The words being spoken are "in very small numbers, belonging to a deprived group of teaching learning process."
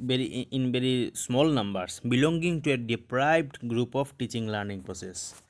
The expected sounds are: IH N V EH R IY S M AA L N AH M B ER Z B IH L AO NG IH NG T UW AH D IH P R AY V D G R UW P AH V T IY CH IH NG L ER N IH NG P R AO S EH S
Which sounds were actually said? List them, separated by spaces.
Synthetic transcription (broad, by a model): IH N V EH R IY S M AA L N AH M B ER S B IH L AO NG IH NG T UW AH D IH P R AY B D G R UW P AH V T IY CH IH NG L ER N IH NG P R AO S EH S